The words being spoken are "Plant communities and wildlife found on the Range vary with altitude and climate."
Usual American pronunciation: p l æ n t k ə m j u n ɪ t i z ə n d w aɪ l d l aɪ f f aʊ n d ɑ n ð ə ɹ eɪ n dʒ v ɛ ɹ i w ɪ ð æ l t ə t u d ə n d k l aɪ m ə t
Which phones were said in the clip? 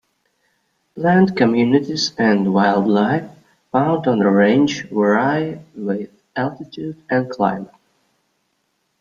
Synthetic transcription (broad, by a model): l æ n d k ə m j u n ɪ t i z ə n d w aɪ l d l aɪ f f aʊ n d n ð ə ɹ eɪ n dʒ w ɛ ɹ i w ɪ ð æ l t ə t u d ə n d k l aɪ m ə t